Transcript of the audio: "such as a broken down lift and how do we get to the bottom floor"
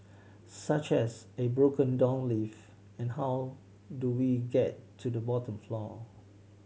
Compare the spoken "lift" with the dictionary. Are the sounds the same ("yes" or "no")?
no